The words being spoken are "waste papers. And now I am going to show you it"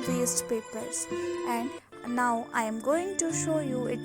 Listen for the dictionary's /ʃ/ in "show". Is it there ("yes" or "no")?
yes